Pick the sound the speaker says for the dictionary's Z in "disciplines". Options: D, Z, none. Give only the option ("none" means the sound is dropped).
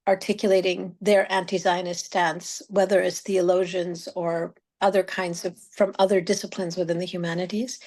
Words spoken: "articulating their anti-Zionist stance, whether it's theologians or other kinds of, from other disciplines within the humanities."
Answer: Z